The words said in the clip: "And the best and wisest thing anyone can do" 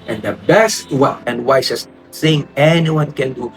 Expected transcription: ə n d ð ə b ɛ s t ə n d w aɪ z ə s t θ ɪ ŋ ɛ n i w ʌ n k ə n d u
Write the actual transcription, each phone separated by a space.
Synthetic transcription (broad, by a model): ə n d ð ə b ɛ s t ə n d w aɪ s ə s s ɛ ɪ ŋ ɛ n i w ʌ n k ə n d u